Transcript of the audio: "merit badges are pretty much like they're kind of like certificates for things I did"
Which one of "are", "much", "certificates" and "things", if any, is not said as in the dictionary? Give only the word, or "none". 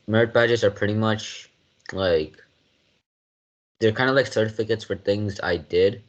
none